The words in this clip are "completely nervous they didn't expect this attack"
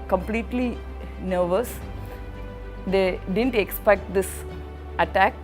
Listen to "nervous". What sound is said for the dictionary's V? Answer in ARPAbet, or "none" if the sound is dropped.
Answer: V